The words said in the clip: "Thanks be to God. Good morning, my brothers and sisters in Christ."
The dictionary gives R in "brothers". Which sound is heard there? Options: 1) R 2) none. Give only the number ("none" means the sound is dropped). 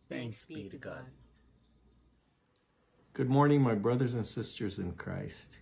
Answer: 1